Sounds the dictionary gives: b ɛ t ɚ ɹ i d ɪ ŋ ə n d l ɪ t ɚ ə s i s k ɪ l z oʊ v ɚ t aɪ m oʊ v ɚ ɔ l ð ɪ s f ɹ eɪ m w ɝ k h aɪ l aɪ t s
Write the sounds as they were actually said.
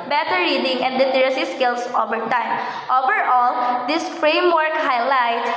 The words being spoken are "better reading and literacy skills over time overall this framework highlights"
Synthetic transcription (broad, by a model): b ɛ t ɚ ɹ i d ɪ ŋ ə n d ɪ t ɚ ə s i s k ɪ l s oʊ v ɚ t aɪ m oʊ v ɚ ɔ l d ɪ s f ɹ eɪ m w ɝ k h aɪ l aɪ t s